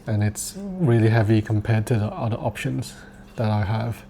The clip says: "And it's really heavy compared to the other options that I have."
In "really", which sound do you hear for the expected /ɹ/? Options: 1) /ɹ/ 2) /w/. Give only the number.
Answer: 1